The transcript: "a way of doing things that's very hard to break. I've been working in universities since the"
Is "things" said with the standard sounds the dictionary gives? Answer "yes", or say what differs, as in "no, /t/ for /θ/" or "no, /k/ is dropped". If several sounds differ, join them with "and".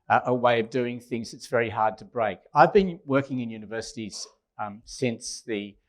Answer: yes